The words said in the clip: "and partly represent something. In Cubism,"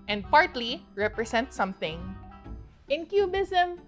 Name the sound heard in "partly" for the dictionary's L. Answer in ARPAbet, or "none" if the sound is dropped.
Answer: L